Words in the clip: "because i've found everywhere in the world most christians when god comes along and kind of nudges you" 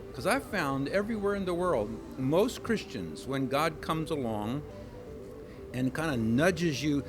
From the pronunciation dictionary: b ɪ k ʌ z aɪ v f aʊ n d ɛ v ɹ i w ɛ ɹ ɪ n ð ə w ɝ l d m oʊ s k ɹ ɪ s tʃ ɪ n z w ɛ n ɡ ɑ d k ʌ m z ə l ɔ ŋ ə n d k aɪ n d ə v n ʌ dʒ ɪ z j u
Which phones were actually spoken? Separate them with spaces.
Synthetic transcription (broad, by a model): k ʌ z aɪ v f aʊ n d ɛ v ɹ i w ɛ ɹ ɪ n ð ə w ɝ l d m oʊ s k ɹ ɪ s tʃ ɪ n z w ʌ n ɡ ɑ d k ʌ m z ə l ɔ ŋ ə n k aɪ n d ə n ʌ dʒ ɪ z j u